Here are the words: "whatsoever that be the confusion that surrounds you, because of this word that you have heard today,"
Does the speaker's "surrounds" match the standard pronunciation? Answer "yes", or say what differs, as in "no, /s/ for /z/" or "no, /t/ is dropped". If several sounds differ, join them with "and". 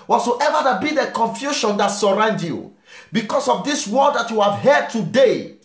no, /z/ is dropped